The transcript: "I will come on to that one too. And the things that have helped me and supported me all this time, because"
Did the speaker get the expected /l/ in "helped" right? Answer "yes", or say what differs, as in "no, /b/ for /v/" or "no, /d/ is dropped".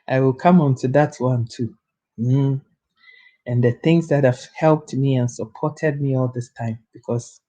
yes